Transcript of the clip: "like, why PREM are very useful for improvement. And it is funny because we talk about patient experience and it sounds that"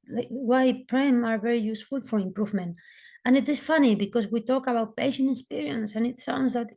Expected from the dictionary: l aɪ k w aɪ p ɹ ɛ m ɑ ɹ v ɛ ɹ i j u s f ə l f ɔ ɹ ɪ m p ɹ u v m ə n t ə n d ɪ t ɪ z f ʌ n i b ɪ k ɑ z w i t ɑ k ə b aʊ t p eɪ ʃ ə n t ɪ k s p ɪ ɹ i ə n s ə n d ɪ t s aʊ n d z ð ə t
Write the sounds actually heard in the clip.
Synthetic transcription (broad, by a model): l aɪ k w aɪ p ɹ ɛ m ɑ ɹ v ɛ ɹ i j u s f ə l f ɔ ɹ ɪ m p ɹ u v m ə n t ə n ɪ t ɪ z f ʌ n i b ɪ k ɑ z w i t ɑ k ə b aʊ t p eɪ ʃ ə n t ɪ k s p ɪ ɹ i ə n s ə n ɪ t s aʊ n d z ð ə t